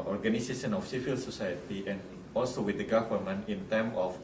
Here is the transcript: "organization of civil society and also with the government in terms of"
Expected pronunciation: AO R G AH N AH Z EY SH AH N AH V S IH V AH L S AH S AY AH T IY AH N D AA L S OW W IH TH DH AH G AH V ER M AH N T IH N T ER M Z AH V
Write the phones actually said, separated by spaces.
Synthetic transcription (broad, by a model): AO R G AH N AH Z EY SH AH N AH F S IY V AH L S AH S AY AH T IY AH N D AA L S OW W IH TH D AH G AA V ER M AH N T IH N T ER M AH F